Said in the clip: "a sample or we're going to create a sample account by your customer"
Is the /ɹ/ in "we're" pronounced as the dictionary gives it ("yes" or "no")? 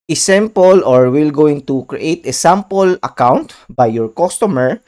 no